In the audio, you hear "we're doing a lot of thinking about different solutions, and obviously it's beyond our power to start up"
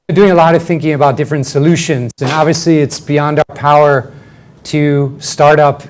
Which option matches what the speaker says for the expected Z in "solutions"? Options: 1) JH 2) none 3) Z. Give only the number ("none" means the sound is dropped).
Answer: 3